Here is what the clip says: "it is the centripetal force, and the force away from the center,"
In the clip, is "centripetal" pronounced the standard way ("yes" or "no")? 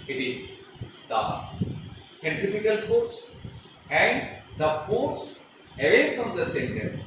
no